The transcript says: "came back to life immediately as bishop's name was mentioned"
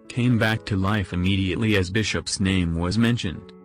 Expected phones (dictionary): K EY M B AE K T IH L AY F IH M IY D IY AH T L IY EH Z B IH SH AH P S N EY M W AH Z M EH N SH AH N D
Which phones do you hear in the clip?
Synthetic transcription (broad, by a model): K EY M B AE K T IH L AY F IH M IY D IY AH T L IY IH Z B IH SH AH P S N EY M W AH Z M EH N SH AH N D